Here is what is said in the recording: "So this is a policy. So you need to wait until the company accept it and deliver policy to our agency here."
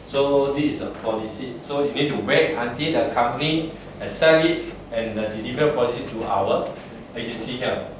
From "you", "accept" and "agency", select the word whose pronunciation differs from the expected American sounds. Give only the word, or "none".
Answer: accept